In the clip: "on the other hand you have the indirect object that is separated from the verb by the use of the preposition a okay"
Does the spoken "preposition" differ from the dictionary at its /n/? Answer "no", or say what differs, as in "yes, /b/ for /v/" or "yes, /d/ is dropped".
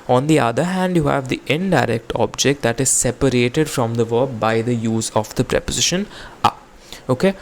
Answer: no